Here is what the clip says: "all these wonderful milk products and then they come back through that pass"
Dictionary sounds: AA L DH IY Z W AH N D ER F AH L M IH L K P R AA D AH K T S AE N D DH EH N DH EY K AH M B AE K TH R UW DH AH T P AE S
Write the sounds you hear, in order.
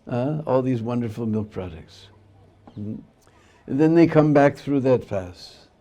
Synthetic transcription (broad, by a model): AA L DH IY Z W AH N D ER F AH L M IH L K P R AA D AH K T S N DH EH N DH EY K AH M B AE K TH R UW DH AH T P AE S